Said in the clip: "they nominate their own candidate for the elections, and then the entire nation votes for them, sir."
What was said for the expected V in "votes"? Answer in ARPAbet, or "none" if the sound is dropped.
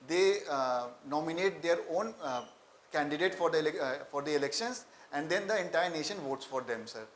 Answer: V